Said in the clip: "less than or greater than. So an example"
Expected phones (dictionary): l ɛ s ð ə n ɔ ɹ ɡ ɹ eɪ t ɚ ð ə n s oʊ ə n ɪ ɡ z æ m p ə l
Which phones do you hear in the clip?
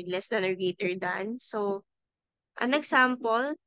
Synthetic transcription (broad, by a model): l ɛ s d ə n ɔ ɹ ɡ eɪ t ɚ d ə n s oʊ ə n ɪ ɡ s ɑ m p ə l